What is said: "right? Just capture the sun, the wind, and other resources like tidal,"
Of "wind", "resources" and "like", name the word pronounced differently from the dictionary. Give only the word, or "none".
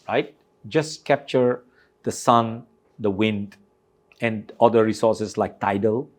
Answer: resources